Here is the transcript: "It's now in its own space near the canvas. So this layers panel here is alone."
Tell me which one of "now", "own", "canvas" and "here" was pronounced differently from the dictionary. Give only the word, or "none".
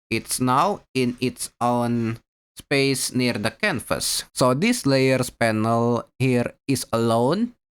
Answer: canvas